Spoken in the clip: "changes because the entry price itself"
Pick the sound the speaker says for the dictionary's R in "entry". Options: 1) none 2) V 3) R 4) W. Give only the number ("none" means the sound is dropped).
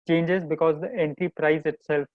1